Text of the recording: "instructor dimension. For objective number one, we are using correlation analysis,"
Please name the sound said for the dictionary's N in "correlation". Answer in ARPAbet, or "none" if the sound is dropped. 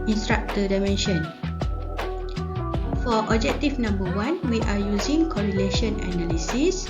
N